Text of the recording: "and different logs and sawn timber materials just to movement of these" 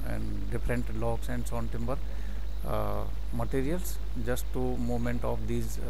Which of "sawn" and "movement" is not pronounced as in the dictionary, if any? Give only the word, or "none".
movement